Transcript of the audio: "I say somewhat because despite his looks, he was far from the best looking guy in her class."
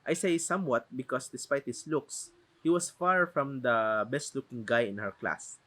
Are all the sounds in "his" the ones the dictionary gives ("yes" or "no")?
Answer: no